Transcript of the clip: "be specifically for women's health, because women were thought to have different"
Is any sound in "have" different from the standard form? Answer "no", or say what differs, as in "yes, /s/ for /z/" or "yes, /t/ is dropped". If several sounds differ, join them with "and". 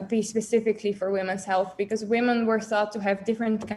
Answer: no